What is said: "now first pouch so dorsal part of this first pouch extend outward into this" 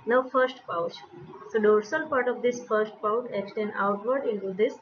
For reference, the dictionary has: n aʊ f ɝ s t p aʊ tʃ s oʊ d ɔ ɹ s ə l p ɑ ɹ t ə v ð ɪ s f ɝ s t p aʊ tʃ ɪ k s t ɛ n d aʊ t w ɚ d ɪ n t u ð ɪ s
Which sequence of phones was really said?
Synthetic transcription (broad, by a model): n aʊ f ɝ s t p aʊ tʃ s oʊ d ɔ ɹ s ə l p ɑ ɹ t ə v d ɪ s f ɝ s t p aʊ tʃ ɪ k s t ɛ n aʊ t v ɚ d ɪ n t u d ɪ s